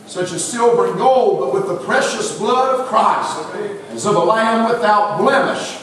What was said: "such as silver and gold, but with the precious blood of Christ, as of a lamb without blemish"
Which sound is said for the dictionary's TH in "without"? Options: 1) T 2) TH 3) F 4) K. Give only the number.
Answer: 2